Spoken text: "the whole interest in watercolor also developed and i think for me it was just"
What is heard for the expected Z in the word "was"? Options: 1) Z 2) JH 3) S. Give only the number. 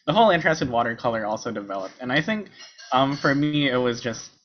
1